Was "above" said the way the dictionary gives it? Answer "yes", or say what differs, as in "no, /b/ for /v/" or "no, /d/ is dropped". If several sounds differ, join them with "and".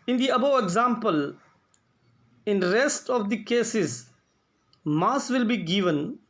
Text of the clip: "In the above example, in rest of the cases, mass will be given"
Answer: no, /v/ is dropped